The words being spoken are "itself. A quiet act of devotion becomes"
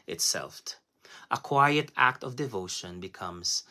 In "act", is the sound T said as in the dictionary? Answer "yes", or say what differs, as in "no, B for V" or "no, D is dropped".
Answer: yes